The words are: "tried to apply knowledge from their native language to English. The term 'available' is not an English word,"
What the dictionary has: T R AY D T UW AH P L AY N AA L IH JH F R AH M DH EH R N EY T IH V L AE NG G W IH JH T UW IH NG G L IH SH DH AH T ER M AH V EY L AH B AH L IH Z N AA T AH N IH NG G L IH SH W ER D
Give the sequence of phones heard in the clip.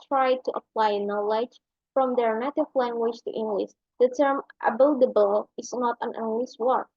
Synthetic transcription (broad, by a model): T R AY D T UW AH P L AY N AA L IH JH F R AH M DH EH R N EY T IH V L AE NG G W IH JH T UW IH NG G L IH SH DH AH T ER M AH B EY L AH B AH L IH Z N AA T AH N IH NG G L IH SH W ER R